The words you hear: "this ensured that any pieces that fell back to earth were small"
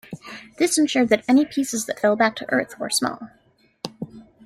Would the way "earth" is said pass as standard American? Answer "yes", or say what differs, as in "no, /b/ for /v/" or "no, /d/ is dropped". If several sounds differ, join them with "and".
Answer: yes